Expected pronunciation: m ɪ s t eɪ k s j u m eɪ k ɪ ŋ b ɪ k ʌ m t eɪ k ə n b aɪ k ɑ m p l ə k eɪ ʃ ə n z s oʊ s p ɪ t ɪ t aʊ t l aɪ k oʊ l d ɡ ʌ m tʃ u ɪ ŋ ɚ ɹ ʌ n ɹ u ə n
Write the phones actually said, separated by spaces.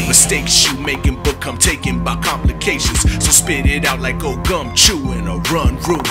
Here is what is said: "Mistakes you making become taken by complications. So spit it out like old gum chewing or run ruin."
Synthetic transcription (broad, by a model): m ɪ s t eɪ k s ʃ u m eɪ k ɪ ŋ b ɪ k ʌ m t eɪ k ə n b aɪ k ɑ m p l ə k eɪ ʃ ə n z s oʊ s p ɪ t ɪ t aʊ t l aɪ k oʊ ɡ ʌ m tʃ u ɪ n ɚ ɹ ʌ n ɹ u